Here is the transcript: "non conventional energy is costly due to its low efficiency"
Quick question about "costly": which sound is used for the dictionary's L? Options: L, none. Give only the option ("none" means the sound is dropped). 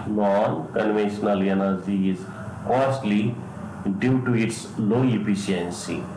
L